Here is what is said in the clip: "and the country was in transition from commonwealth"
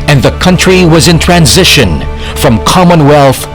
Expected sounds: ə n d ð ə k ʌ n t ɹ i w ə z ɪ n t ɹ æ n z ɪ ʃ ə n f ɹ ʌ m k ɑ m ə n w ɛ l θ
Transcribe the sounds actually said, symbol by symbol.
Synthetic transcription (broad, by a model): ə n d ð ə k ʌ n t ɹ i w ə z ɪ n t ɹ æ n z ɪ ʃ ə n f ɹ ʌ m k ɑ m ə n w ɛ l θ